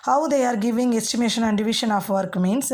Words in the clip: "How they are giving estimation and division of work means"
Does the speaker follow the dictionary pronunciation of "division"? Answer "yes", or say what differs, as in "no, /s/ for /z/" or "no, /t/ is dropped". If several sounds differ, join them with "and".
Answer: no, /ʃ/ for /ʒ/